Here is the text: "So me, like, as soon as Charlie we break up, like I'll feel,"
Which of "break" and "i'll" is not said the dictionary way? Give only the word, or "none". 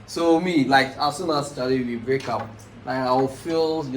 i'll